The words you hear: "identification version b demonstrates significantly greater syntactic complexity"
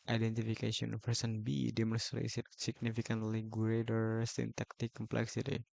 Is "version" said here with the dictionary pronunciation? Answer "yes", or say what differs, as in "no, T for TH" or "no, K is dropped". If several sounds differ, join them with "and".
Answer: no, S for ZH